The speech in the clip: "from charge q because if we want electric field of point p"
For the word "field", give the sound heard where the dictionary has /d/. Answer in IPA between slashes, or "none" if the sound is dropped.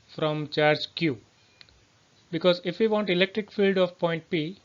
/d/